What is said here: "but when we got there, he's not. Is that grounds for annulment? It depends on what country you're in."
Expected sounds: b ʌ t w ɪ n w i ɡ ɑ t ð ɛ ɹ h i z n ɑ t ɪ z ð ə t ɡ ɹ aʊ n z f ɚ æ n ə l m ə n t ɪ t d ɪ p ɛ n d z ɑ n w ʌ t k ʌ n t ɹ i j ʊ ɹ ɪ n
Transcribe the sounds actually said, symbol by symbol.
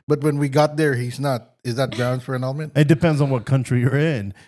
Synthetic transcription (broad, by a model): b ʌ t w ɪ n w i ɡ ɑ t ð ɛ ɹ h i z n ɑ t ɪ z ð ə t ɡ ɹ aʊ n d f ɚ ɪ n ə l m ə n t ɪ t d ɪ p ɛ n d z n w ʌ t k ʌ n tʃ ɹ i j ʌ ɹ ɪ n